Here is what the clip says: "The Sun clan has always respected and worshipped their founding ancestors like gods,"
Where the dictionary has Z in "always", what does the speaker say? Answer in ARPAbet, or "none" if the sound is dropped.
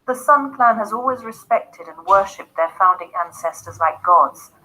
Z